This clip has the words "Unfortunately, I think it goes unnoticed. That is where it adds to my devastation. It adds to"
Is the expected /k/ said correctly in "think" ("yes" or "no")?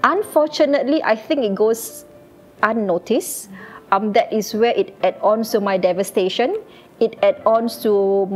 yes